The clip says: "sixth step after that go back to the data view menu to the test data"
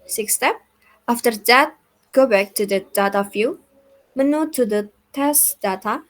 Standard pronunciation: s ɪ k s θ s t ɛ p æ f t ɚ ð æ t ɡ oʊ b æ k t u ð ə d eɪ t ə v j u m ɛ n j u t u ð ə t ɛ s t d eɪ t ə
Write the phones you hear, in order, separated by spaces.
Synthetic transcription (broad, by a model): s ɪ k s s t ɛ p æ f t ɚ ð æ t ɡ oʊ b æ k t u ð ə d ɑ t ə f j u m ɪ n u t u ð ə t ɛ s t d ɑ t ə